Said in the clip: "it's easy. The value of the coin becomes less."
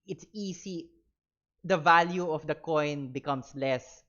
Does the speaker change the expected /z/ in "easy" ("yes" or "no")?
yes